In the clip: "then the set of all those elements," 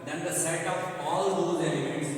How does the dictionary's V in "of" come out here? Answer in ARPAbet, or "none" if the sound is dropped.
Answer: P